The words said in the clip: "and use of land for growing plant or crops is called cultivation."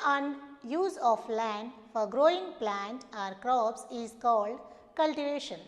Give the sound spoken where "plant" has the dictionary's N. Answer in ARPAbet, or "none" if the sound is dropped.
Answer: N